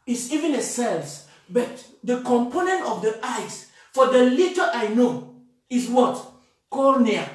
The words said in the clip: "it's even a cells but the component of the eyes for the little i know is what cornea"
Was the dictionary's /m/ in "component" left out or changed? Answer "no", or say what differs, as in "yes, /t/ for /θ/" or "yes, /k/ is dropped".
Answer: no